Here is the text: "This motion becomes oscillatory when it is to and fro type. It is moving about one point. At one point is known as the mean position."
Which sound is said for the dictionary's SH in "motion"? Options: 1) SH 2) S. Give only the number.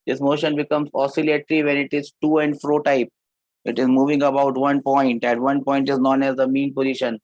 1